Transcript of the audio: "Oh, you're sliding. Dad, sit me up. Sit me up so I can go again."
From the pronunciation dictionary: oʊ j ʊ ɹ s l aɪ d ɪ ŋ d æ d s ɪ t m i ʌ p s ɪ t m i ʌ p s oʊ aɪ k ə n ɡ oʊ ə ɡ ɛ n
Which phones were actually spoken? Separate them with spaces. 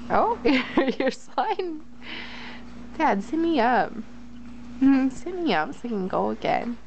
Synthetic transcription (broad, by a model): oʊ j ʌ ɹ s aɪ ɪ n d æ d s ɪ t m i ʌ p s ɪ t m i ʌ p s oʊ k ə n ɡ oʊ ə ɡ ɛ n